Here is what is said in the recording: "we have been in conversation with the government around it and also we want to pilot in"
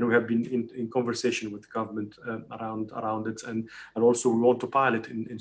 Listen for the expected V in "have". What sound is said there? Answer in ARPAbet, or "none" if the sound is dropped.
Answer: V